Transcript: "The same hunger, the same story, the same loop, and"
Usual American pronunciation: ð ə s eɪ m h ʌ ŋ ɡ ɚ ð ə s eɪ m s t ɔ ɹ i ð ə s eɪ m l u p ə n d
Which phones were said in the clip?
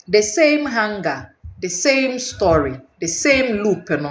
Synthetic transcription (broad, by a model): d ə s eɪ m h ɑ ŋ ɡ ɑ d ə s eɪ m s t ɔ ɹ i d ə s eɪ m l u p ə n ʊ